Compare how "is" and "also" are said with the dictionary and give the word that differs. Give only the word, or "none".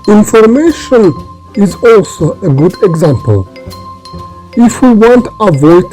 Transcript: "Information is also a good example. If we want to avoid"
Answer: none